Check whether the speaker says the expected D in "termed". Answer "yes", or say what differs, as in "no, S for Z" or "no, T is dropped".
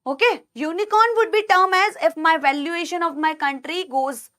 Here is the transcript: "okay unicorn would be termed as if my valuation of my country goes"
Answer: no, D is dropped